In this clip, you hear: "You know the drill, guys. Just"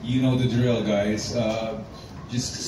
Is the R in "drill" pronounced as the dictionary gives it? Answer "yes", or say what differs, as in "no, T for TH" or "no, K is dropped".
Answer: yes